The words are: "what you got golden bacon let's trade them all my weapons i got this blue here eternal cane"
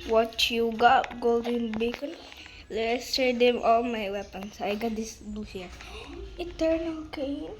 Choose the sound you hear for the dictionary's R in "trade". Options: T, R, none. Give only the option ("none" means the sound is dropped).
none